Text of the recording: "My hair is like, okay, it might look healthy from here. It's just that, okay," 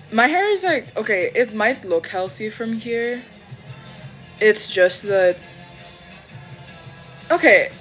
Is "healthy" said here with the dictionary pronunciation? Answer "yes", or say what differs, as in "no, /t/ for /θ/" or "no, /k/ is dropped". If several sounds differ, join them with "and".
yes